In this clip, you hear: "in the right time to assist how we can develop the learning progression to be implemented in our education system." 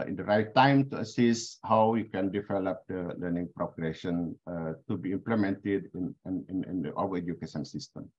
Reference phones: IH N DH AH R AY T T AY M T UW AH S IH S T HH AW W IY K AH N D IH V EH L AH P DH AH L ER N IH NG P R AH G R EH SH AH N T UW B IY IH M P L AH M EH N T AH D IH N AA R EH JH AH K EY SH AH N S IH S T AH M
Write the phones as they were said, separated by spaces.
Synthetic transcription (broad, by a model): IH N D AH R AY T T AY M T UW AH S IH S T HH AW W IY K AH N D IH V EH L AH P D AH L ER N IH NG P R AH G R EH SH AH N T UW B IY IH M P L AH M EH N T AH D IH N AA W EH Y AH K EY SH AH N S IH S T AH M